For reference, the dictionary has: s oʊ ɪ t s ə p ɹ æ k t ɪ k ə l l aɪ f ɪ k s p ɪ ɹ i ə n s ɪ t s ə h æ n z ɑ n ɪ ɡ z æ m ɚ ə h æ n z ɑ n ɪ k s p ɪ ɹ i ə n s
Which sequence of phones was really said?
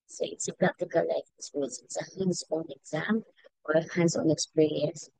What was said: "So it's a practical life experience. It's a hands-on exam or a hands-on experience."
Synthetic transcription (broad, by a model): s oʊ ɪ t s ə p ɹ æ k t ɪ k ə l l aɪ ɪ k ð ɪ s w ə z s ɪ t s ə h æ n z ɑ n ɪ ɡ z æ m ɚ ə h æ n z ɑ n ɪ k s p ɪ ɹ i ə n s